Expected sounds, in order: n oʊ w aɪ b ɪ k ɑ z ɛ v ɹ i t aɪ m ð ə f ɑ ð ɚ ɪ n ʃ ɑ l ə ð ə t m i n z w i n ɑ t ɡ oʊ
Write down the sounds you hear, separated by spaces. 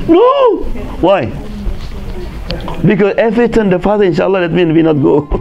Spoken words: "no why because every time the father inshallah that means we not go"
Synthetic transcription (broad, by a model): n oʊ w aɪ b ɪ k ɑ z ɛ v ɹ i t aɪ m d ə f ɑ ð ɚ ɪ n ʃ ɑ l ə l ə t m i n w i n ɑ t ɡ oʊ